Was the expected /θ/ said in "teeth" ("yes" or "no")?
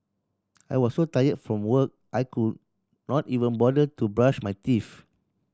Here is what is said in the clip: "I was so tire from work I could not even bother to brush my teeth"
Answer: no